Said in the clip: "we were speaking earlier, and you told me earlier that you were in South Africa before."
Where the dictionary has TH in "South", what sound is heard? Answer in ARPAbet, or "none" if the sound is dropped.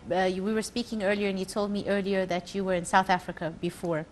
TH